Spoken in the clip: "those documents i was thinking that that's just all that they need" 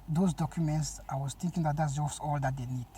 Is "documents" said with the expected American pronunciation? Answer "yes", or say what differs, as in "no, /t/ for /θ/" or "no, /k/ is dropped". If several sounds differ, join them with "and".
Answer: yes